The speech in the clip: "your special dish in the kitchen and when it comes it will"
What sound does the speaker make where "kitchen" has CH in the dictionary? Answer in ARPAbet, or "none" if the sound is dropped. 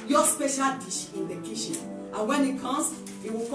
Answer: SH